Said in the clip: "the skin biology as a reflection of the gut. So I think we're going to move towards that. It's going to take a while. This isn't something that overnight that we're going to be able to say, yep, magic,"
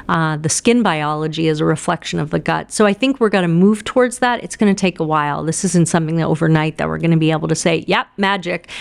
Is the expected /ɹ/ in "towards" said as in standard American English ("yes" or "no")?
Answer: yes